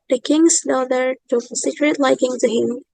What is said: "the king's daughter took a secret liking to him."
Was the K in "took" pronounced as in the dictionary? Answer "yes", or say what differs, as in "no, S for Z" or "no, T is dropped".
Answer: no, K is dropped